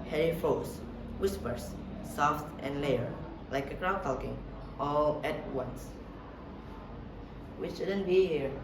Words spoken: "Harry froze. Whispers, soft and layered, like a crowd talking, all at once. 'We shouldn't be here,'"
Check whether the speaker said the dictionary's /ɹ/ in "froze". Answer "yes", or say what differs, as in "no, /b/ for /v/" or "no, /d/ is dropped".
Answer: no, /ɹ/ is dropped